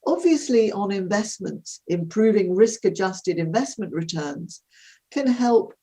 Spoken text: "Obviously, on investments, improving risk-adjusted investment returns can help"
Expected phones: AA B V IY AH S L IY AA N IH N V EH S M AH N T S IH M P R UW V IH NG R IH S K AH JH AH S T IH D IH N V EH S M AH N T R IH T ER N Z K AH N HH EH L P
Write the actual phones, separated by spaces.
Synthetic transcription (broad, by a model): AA B V IY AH S L IY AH N IH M V EH S M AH N T S IH M P R UW V IH NG R IH S K AH JH AH S T IH D IH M V EH S M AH N T R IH T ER N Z K AH N HH EH L P